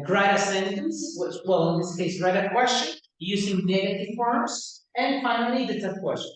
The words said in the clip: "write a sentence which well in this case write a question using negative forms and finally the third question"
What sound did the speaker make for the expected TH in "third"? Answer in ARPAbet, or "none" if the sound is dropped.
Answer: T